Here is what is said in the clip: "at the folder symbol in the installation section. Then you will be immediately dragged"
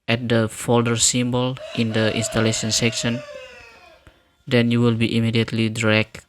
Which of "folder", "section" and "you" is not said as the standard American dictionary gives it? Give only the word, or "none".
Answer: none